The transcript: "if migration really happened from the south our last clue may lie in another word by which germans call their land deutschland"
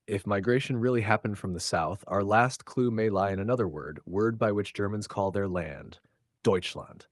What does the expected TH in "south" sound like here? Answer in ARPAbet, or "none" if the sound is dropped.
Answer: TH